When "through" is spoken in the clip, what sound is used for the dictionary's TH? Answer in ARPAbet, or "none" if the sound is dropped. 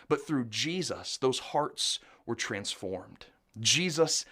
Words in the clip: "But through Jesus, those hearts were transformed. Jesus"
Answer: TH